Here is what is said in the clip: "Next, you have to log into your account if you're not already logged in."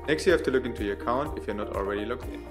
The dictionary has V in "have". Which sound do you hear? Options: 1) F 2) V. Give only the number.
1